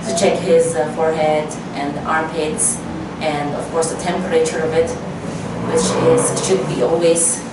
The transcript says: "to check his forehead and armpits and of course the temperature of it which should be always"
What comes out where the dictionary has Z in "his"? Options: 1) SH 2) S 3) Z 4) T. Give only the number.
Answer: 3